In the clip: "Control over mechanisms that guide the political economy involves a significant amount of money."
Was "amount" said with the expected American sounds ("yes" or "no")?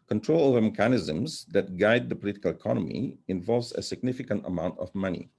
yes